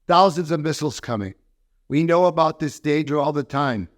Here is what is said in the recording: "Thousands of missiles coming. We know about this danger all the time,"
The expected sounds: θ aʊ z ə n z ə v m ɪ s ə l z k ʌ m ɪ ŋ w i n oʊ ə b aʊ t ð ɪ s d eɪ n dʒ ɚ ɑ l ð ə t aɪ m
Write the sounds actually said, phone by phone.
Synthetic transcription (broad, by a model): θ aʊ z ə n z ə v m ɪ s l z k ʌ m ɪ ŋ w i n oʊ ə b aʊ t ð ɪ s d eɪ dʒ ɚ ɑ l ð ə t aɪ m